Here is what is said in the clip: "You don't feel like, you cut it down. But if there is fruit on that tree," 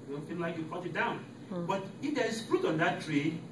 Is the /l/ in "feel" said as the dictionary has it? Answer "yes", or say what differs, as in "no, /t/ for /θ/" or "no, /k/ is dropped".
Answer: no, /n/ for /l/